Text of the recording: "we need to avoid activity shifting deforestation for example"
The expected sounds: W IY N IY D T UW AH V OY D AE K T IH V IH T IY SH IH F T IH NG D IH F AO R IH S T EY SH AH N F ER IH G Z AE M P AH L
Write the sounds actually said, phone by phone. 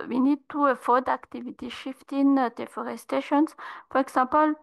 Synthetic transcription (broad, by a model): W IY N IY D T UW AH F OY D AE K T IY V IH T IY SH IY F T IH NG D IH F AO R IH S T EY SH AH N F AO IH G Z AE P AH L